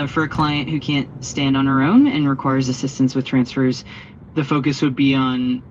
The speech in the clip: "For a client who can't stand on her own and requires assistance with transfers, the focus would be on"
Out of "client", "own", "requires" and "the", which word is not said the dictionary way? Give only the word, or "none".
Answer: none